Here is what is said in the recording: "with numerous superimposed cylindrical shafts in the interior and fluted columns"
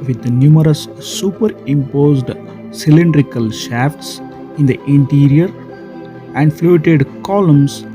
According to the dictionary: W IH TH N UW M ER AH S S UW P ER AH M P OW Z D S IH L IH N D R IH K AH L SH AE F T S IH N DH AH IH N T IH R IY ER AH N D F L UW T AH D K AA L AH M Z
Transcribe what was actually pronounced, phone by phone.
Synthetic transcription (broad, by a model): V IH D N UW M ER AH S S UW P ER AH M P OW Z D S IH L IH N D R IH K AH L SH AE F T S IH N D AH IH N T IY R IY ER AH N D F L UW T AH D K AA L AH M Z